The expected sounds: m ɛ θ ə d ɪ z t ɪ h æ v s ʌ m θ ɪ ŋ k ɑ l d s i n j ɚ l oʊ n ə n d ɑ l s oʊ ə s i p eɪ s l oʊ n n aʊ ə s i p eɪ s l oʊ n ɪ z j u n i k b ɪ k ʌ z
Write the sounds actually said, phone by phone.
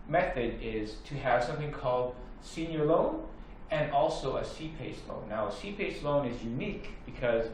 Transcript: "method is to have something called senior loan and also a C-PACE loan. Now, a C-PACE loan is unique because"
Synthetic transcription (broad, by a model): m ɛ θ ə d ɪ z t ɪ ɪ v s ʌ m θ ɪ ŋ k ɑ l d s i n j ɚ l oʊ n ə n ɑ l s oʊ ə s i p eɪ s l oʊ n n aʊ ə s i p eɪ s l oʊ n ɪ z j u n i k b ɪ k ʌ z